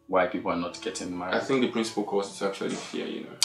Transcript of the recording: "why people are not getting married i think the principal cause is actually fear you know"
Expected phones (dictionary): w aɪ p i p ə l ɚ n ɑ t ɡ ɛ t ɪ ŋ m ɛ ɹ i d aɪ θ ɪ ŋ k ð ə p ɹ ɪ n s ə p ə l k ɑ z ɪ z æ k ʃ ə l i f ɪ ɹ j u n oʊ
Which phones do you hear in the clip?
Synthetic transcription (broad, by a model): w aɪ p i p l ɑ n ɑ t ɡ ɛ t ɪ ŋ m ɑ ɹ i ɪ θ ɪ ŋ k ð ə p ɹ ɪ n s ə p ə l k ɑ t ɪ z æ k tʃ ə l i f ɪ j u n oʊ